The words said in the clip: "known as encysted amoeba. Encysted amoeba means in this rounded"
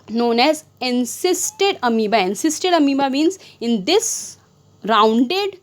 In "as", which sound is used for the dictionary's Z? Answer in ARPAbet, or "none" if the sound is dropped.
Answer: Z